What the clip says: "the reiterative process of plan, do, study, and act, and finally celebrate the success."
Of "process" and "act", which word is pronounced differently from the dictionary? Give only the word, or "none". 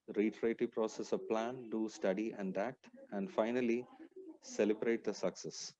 none